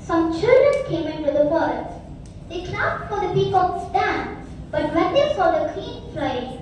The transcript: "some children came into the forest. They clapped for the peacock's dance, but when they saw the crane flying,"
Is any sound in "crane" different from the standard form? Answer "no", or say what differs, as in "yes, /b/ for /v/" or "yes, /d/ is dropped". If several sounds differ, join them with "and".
yes, /ɹ/ is dropped